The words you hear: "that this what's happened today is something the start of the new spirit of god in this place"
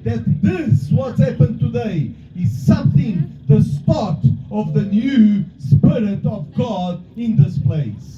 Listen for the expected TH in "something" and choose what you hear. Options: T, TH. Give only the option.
TH